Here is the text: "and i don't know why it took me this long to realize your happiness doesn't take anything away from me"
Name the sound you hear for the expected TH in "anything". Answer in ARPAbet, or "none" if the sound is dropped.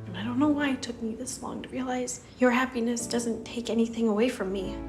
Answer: TH